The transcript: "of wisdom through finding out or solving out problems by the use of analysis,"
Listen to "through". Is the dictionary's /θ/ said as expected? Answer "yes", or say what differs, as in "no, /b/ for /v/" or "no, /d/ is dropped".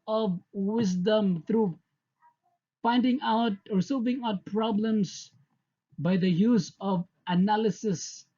no, /t/ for /θ/